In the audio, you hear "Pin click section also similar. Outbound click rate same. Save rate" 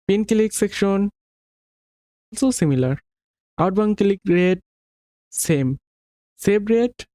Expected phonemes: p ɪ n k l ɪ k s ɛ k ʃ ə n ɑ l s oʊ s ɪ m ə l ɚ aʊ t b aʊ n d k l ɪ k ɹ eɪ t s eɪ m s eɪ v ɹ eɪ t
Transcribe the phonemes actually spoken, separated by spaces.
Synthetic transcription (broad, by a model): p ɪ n k l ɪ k s ɛ k ʃ ə n ɑ l s oʊ s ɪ m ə l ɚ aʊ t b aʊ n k l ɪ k ɹ eɪ t s eɪ m s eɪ b ɹ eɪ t